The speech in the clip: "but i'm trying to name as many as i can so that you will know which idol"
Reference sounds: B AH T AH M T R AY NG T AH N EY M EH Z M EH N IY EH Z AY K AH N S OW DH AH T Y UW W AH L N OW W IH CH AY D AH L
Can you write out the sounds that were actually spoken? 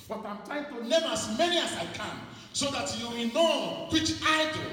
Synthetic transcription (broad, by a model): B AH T AH M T AY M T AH N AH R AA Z M EH N IY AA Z AY K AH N S OW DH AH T Y UW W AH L N OW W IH CH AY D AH